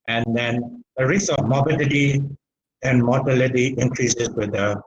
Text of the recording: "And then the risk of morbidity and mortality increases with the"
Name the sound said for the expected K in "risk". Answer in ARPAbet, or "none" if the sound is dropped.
none